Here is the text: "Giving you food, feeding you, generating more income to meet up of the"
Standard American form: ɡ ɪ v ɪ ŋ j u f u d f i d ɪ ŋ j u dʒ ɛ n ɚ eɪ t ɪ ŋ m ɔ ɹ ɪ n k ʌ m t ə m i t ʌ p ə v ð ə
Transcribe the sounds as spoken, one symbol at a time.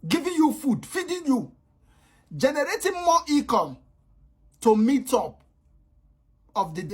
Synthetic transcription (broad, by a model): ɡ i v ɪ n j u f u d f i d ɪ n j u dʒ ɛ n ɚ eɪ t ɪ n m ɔ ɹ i k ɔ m t ə m i t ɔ p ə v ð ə